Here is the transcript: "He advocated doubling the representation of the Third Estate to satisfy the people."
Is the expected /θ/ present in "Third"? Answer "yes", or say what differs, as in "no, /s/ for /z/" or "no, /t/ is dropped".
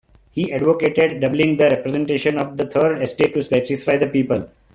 no, /t/ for /θ/